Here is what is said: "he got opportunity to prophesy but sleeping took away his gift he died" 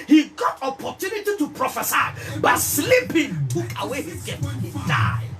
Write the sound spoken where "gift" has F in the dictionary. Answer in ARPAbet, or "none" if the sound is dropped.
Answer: none